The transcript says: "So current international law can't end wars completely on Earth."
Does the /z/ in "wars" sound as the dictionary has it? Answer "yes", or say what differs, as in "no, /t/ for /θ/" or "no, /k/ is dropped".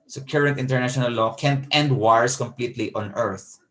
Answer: no, /s/ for /z/